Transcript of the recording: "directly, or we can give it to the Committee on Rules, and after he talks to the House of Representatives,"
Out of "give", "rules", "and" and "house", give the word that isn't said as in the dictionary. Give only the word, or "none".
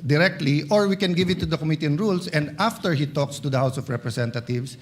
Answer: rules